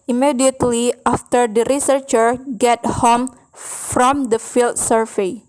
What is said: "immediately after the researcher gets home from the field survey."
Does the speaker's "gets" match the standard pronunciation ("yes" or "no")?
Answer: no